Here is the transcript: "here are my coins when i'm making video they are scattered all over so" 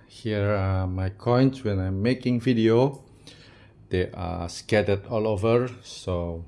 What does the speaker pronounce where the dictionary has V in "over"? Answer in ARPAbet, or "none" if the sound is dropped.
V